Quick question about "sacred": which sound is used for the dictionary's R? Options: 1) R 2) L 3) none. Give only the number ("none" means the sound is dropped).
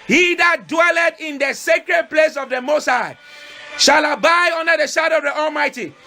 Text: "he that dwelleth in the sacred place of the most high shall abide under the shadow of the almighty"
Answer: 1